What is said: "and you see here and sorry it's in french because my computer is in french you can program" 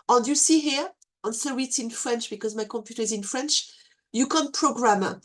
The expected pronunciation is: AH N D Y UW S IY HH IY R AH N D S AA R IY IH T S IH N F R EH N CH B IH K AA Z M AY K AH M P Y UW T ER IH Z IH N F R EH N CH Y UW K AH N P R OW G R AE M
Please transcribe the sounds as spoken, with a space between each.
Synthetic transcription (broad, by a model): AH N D Y UW S IY HH IY R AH N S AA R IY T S IH N F R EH N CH B IH K AA Z M AY K AH M P Y UW T ER IH Z IH N F R EH N CH Y UW K AH N P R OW G R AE M